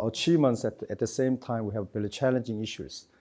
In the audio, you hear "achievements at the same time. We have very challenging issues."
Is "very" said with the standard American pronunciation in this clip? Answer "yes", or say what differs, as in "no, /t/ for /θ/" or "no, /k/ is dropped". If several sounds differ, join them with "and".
no, /b/ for /v/ and /l/ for /ɹ/